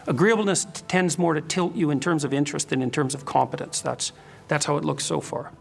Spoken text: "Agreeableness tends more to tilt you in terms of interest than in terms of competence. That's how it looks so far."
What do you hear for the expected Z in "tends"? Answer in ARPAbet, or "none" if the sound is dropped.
Z